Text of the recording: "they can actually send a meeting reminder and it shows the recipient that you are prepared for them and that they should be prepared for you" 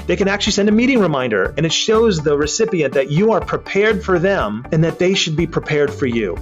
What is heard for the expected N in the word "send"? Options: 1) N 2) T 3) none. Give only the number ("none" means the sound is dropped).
1